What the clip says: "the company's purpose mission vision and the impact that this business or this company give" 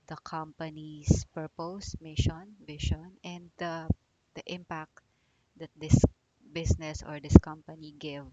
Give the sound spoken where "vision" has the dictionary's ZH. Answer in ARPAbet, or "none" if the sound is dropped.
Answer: SH